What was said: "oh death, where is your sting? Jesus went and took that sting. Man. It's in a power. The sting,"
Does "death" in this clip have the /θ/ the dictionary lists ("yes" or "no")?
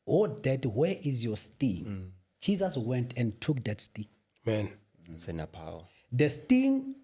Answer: no